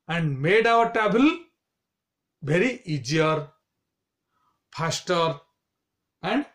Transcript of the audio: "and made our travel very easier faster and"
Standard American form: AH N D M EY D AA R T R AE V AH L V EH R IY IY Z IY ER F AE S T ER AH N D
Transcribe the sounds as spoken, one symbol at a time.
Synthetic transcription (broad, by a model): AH N D M EY D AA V T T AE B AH L V EH R IY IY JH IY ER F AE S T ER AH N D